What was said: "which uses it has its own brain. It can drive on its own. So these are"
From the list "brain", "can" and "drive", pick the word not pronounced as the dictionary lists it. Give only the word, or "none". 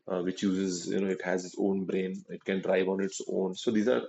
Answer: none